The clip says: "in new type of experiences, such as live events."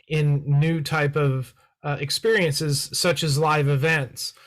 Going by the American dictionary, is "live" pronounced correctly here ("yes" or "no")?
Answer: yes